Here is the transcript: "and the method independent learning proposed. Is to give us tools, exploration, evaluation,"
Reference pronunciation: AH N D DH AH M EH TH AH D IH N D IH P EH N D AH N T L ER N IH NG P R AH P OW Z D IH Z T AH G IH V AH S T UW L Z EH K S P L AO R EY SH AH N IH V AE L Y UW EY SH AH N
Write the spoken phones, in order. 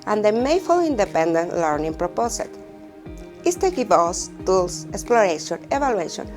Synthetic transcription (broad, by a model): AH N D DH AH M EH F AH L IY N D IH P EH N D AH N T L ER N IH NG P R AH P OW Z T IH S T AH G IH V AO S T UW L S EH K S P L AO R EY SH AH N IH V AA L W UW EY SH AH N